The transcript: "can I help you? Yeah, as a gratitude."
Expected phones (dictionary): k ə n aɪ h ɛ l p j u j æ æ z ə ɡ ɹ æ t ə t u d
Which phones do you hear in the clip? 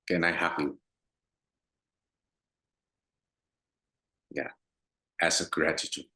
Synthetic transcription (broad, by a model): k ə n aɪ h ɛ p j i j æ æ s ə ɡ ɹ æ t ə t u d